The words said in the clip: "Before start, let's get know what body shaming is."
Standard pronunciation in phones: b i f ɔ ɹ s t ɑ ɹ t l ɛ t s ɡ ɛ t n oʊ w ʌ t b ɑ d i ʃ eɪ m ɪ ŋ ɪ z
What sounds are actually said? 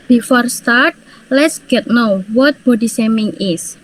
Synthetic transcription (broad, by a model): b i f ɔ ɹ s t ɑ ɹ t l ɛ t s ɡ ɛ t n oʊ w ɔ t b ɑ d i s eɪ m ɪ ŋ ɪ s